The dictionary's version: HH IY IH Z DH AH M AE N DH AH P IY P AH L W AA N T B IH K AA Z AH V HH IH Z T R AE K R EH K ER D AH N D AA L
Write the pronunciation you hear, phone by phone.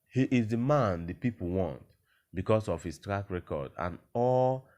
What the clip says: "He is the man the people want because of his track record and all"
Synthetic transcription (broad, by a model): HH IY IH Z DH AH M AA N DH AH P IY P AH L W AA N T B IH K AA S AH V HH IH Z T R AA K R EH K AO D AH N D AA L